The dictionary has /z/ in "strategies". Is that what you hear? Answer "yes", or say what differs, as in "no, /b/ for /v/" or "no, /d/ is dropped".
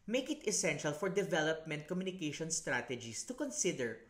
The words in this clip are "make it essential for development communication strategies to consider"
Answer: no, /s/ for /z/